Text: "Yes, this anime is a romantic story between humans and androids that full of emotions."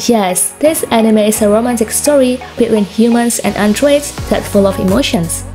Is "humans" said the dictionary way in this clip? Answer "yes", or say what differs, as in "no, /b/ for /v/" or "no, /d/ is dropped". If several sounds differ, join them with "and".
no, /s/ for /z/